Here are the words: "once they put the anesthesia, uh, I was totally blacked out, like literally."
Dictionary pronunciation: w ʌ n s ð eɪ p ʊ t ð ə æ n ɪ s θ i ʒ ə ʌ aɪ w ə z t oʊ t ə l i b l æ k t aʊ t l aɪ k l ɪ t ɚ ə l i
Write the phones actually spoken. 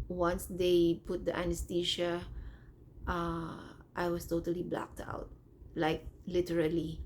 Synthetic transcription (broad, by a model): w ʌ n s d eɪ p ʊ t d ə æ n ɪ s t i ʃ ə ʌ aɪ w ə s t oʊ t ə l i b l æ k t aʊ t l aɪ k l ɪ t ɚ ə l i